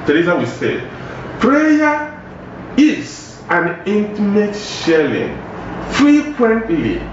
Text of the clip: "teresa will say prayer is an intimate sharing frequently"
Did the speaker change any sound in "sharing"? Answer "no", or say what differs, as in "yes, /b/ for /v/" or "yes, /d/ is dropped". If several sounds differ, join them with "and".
yes, /l/ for /ɹ/